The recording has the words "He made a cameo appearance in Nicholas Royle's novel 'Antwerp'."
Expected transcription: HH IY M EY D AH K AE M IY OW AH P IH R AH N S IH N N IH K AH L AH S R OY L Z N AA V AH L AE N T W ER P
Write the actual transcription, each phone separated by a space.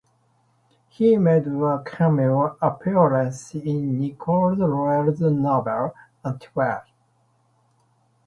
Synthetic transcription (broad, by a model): HH IY M EY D AH K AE M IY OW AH P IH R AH N S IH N N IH K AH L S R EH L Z N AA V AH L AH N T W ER